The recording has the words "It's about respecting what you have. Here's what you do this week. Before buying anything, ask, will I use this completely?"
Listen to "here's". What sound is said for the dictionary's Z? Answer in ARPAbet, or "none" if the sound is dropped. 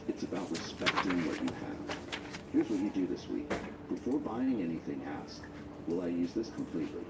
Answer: Z